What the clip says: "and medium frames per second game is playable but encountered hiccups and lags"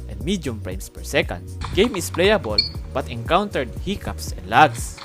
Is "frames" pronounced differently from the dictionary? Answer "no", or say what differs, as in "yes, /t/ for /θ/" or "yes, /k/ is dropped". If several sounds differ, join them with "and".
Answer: yes, /p/ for /f/ and /s/ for /z/